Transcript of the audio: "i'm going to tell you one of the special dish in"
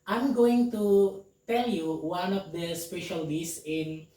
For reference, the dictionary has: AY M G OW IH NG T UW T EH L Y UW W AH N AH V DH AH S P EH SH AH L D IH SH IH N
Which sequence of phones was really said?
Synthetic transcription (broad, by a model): AY M G OW IH NG T UW T EH L Y UW W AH N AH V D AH S P EH SH AH L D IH S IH N